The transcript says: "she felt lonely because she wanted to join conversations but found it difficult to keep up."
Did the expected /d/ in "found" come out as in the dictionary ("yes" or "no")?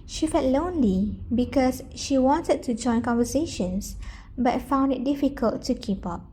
yes